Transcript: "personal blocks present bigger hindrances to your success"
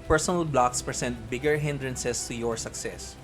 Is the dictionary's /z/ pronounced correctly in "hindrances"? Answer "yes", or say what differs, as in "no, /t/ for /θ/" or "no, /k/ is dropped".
no, /s/ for /z/